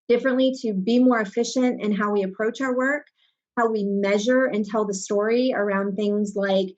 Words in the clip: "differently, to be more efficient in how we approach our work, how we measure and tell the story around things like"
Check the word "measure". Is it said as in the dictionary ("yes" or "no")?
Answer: yes